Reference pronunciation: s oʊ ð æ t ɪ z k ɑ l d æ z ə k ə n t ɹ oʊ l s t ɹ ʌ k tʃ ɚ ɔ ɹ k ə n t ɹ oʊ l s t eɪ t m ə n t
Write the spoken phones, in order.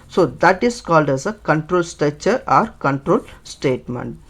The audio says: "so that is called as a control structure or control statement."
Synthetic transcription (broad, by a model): s oʊ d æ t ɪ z k ɑ l d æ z ə k ə n t ɹ oʊ l s t ʌ tʃ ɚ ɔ ɹ k ə n t ɹ oʊ l s t eɪ t m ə n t